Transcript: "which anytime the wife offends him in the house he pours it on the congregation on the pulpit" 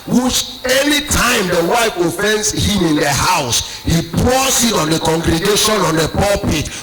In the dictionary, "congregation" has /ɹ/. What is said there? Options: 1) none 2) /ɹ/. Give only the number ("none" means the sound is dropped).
2